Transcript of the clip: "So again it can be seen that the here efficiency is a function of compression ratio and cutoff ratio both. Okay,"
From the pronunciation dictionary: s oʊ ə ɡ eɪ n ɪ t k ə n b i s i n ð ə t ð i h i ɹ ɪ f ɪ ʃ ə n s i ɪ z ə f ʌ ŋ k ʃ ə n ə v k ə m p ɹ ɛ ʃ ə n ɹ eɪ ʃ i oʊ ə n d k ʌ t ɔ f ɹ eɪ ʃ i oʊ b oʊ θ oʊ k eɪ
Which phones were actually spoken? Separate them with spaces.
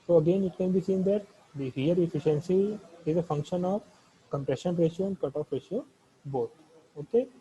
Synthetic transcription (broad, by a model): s oʊ ə ɡ eɪ n ɪ t k ə n b i s i n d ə t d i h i ɹ ɪ f ɪ ʃ ə n s i ɪ z ə f ʌ ŋ k ʃ ə n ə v k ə m p ɹ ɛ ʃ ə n ɹ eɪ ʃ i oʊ ə n d k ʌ t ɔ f ɹ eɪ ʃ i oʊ b oʊ t oʊ k eɪ